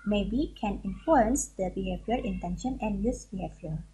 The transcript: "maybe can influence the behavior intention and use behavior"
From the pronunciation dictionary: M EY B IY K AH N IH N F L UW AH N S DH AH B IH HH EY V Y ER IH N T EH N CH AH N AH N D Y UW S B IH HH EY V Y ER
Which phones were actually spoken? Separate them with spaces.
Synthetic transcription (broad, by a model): M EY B IY K AH N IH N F UW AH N S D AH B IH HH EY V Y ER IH N T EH N SH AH N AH N Y UW S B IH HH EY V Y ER